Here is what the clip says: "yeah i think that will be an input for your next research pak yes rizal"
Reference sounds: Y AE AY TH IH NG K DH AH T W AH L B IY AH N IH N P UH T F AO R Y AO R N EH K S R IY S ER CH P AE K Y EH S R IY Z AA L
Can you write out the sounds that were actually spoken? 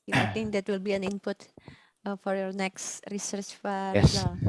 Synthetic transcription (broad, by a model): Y AY T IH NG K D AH T W AH L B IY AH N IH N P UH T F AO R Y AO R N EH K S R IY S ER CH F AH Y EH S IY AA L